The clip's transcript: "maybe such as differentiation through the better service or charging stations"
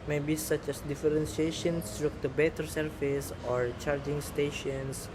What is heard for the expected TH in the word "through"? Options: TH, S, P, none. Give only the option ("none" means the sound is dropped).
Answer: S